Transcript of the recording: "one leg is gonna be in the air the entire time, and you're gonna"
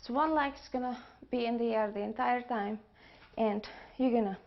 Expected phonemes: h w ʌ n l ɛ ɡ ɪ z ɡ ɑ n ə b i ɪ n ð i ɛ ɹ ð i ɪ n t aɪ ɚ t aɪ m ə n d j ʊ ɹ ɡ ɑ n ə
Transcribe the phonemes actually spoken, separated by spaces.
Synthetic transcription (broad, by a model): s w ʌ n l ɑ ɪ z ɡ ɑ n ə b i ɪ n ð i ɛ ɹ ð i ɪ n t aɪ ɚ t aɪ m ə n d j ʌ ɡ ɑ n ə